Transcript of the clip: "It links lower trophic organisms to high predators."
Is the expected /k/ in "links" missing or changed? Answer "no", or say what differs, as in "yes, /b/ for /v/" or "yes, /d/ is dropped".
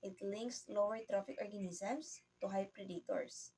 no